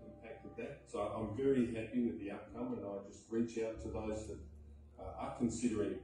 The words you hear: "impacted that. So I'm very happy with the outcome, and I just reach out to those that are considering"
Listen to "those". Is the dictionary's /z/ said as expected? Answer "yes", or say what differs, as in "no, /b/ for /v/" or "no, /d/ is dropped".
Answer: yes